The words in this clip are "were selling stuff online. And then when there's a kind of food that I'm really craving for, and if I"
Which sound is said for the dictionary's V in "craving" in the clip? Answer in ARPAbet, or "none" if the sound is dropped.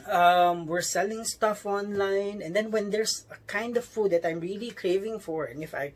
V